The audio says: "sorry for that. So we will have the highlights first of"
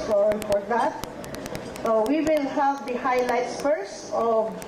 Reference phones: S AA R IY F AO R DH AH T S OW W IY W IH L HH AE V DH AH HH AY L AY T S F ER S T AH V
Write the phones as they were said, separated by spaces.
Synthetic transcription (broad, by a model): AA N F AO R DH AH T S OW W IY W IH L HH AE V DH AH HH AY L AY T S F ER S AH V